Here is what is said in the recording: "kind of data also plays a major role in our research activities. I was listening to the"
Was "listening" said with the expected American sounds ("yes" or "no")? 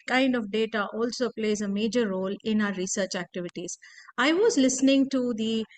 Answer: yes